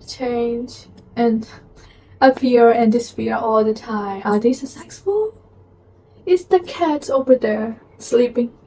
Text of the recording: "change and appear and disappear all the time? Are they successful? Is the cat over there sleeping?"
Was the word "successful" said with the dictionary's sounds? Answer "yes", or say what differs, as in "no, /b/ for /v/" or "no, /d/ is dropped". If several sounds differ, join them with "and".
no, /k/ is dropped